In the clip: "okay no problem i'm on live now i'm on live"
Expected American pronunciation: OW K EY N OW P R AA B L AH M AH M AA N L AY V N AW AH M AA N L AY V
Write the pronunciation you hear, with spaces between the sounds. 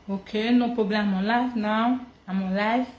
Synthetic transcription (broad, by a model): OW K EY N OW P AA B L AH AH M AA L AY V N AW AH M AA L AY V